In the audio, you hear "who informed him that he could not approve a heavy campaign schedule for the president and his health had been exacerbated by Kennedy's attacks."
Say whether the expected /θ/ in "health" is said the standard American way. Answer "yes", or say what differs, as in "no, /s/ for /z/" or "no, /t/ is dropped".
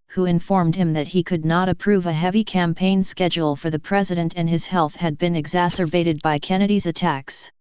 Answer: yes